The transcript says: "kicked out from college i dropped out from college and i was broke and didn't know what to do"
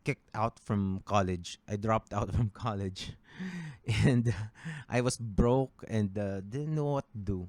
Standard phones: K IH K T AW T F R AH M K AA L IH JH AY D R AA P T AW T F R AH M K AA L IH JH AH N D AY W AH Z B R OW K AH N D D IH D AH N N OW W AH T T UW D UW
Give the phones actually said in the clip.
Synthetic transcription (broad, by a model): K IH K T AW T F R AH M K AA L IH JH AY D R AA P T AW T F R AH M K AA L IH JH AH N D AY W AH S B R OW K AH N D D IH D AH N N OW W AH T T UW D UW